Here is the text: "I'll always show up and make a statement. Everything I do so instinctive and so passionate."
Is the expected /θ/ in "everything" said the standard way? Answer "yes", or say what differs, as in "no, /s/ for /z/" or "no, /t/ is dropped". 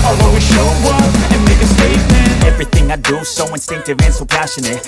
yes